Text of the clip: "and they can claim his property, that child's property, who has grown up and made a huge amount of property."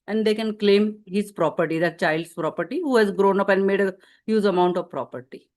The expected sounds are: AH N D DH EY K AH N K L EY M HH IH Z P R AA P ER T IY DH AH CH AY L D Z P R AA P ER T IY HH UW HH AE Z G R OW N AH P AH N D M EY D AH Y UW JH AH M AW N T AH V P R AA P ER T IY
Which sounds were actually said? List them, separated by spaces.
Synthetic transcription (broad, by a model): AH N D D EY K AH N K L EY M HH IH Z P R AA P ER T IY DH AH CH AY L D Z P R AA P ER T IY HH UW HH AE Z G R OW N AH P AH N D M EY D AH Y UW Z AH M AW N T AH V P R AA P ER T IY